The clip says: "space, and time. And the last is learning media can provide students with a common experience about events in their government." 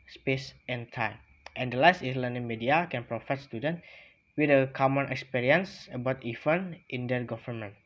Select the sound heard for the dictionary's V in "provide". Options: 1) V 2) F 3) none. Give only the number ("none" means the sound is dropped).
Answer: 2